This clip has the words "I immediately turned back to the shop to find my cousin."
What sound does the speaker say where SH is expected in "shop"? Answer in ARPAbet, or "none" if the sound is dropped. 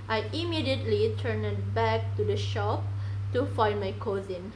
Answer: SH